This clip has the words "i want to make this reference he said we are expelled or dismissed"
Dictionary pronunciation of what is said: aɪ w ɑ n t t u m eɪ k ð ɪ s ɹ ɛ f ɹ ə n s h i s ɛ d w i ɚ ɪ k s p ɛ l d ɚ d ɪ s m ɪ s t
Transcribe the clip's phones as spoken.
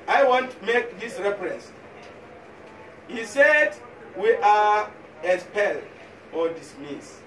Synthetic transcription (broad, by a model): aɪ w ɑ n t t u m eɪ k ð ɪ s ɹ ɛ f ɹ ə n s h i s ɛ d w i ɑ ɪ s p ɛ l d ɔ d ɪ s m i s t